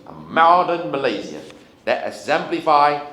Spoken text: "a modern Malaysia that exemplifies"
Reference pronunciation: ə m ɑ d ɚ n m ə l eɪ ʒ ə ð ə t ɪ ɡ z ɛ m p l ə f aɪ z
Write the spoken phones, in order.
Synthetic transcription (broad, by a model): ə m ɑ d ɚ n m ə l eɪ z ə ð ə t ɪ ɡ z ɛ m p l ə f aɪ